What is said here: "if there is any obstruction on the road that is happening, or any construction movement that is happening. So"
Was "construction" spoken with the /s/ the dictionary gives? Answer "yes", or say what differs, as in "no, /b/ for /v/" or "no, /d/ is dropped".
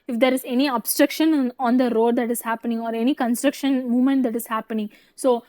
yes